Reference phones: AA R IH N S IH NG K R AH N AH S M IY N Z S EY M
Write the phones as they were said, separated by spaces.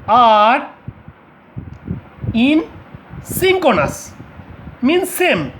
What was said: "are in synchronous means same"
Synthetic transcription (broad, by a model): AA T IH N S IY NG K AH N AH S M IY N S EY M